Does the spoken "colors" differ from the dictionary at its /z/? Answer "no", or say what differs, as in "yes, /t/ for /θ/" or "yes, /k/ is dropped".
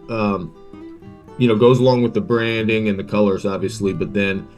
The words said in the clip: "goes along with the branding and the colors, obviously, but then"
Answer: no